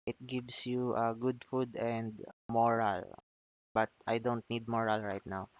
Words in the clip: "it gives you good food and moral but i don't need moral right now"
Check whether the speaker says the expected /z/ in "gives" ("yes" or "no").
no